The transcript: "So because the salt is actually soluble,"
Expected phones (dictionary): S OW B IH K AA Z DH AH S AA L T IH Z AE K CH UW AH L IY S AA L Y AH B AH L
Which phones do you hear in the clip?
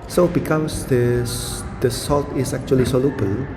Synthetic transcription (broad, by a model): S OW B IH K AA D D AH S AA L T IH S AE K CH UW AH L IY S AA L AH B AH L